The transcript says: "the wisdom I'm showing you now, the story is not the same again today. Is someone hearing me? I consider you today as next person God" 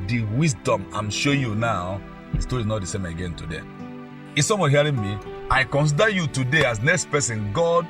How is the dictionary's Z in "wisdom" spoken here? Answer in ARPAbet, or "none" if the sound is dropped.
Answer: S